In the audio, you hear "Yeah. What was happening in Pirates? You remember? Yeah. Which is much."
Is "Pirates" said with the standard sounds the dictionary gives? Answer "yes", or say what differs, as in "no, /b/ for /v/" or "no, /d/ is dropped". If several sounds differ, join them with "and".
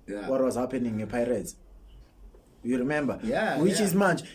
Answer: no, /s/ is dropped